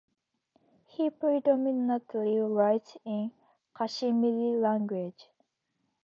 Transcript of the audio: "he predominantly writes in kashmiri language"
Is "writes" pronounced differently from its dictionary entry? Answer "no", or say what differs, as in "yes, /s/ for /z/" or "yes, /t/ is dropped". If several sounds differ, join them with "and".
yes, /s/ is dropped